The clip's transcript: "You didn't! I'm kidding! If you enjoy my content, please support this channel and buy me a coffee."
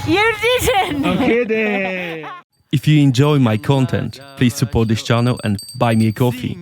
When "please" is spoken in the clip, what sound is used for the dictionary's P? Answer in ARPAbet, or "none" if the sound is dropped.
P